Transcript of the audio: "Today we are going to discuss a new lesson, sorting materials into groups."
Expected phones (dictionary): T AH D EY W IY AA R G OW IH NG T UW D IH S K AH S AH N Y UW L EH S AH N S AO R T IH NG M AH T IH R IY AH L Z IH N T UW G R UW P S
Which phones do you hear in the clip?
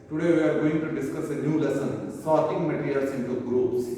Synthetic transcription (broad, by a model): T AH D EY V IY AA R G OW IH NG T UW D IH S K AH S AH N Y UW L EH S AH N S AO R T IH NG M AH T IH R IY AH L S IH N T UW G R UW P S